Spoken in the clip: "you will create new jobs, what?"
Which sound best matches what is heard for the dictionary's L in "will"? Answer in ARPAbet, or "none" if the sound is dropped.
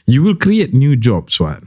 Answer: L